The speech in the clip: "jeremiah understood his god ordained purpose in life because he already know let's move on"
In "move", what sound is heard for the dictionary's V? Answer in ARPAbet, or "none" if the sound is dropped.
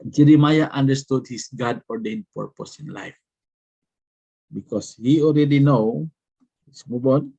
B